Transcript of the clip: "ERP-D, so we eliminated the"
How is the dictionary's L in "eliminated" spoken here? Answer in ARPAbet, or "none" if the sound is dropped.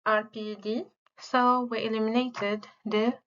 L